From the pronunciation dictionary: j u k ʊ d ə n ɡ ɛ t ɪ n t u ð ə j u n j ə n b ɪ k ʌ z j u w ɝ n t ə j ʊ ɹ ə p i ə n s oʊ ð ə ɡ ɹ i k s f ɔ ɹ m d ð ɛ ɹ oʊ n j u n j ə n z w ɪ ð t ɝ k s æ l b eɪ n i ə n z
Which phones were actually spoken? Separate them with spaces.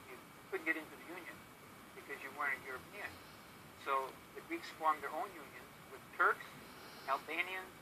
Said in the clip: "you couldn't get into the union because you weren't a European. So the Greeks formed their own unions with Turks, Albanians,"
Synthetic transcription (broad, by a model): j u k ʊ d n ɡ ɛ t ɪ n t u ð ə j u n j ə n b ɪ k ʌ z j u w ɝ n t ə j ʊ ɹ ə p i ə n s oʊ ð ə ɡ ɹ i k s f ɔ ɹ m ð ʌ ɹ oʊ n j u n j ə n z w ɪ ð t ɝ k s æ l b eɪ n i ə n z